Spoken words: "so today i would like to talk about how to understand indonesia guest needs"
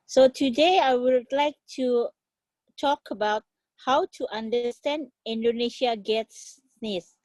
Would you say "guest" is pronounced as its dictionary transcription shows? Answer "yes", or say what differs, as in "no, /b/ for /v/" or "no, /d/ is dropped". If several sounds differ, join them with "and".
no, /s/ is dropped